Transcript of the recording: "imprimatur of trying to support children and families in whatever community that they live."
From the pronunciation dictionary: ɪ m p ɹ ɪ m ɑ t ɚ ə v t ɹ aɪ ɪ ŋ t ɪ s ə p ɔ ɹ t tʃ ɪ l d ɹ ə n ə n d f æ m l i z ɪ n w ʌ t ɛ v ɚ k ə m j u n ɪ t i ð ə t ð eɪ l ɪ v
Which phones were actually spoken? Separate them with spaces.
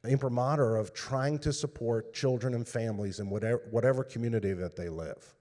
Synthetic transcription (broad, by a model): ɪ m p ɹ m ɑ t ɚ ə v t ɹ aɪ ɪ ŋ t ɪ s ə p ɔ ɹ t tʃ ɪ l d ɹ ə n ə n f æ m l i z ɪ n w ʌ t ɛ w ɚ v ə m j u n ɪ t i ð ə t ð eɪ l ɪ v